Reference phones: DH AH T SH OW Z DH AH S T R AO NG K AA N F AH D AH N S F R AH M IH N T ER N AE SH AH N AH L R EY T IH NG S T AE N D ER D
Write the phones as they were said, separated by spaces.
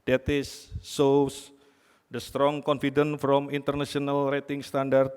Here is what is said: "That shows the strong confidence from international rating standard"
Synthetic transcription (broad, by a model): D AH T S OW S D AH S T R AO NG K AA N F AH D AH N F R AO M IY N T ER N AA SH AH N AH L R EY T IH NG S T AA N D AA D